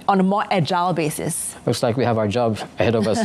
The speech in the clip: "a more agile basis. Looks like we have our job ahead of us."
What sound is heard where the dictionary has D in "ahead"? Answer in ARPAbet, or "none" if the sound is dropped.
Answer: D